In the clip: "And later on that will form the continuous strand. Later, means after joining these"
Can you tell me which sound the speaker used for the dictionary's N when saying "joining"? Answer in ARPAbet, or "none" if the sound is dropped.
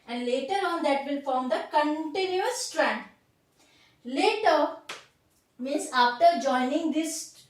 N